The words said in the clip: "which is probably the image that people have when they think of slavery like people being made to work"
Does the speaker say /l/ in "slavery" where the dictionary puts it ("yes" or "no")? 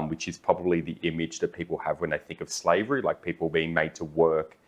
yes